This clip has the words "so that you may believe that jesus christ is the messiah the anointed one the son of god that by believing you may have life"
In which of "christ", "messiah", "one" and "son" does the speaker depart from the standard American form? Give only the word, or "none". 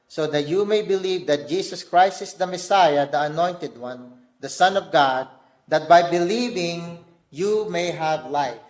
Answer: none